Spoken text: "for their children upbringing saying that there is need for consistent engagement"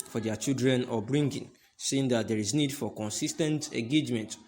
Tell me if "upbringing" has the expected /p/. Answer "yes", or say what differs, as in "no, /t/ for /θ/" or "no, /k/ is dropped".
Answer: no, /p/ is dropped